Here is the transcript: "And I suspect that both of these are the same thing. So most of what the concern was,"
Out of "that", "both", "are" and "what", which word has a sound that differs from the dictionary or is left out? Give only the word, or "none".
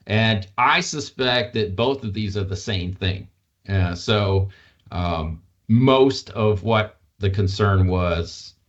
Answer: none